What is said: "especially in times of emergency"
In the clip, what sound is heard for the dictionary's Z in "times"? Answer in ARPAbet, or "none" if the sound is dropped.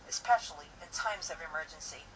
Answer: Z